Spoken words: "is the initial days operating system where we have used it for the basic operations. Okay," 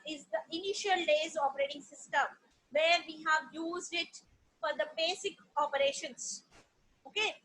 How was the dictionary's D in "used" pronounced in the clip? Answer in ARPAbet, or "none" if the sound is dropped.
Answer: D